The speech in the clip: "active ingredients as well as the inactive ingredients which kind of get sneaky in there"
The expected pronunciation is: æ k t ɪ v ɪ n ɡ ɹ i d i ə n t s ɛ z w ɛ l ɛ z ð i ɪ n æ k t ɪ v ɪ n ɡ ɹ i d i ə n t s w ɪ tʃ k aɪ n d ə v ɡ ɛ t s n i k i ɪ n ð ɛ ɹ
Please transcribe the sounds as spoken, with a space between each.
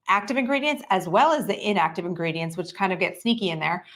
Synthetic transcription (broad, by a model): æ k t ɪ v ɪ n ɡ ɹ i d i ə n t s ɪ z w ɛ l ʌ z ð i ɪ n æ k t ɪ v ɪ n ɡ ɹ i d i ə n s w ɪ tʃ k aɪ n d ə v ɡ ɛ t s n i k i ɪ n ð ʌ ɹ